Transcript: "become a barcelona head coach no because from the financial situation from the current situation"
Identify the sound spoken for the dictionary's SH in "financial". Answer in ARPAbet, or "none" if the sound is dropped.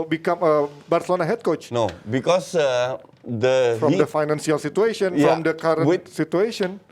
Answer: S